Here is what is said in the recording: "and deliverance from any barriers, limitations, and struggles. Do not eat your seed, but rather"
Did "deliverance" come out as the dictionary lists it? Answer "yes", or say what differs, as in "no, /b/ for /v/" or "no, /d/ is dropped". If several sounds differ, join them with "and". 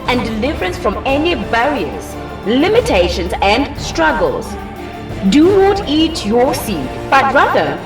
yes